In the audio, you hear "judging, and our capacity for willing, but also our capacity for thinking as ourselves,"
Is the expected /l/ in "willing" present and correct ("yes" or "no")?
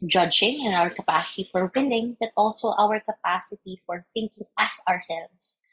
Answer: no